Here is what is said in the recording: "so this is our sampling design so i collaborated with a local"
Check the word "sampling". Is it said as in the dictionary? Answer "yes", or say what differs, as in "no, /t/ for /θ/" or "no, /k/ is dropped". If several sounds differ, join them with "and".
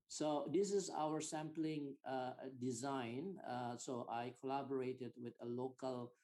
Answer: yes